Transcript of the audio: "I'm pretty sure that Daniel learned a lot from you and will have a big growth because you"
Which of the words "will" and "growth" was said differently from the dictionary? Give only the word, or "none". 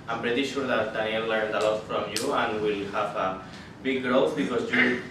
growth